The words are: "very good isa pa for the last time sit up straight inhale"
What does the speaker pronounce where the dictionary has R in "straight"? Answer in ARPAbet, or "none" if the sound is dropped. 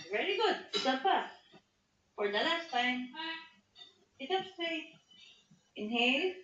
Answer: none